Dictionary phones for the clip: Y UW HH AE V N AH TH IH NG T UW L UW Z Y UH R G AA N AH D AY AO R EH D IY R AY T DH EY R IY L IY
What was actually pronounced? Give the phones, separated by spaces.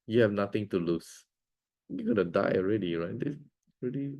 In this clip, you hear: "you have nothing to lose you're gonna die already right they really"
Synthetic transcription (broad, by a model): Y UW HH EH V N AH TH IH NG T UW L UW S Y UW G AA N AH D AY AO R EH D IY R AY T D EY R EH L IY